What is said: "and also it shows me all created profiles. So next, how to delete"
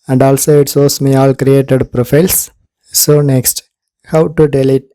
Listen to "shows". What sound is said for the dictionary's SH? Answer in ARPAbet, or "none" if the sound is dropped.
S